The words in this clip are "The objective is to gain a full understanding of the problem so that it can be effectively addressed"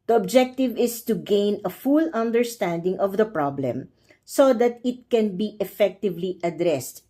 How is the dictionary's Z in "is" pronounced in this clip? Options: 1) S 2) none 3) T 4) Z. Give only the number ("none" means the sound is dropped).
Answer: 1